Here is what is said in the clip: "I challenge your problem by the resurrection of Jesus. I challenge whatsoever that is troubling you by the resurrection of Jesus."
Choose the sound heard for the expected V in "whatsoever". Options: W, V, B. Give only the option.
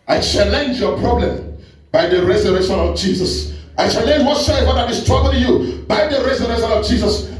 W